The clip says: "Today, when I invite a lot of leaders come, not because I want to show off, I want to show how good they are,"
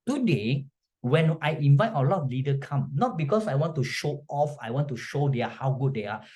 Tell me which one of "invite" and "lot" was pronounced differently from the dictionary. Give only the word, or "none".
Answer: none